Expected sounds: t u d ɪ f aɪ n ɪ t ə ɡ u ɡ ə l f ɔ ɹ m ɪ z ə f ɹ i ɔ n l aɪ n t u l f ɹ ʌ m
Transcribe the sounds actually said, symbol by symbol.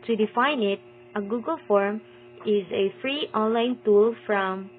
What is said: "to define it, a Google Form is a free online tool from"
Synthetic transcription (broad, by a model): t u d ɪ f aɪ n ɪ t ə ɡ u ɡ ə l f ɔ ɹ m ɪ z ə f ɹ i ɔ n l aɪ n t u l f ɹ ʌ m